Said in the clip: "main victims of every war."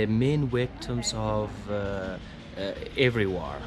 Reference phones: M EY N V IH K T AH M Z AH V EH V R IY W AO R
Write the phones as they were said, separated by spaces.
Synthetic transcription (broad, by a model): M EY N W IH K T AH M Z AH V EH V R IY W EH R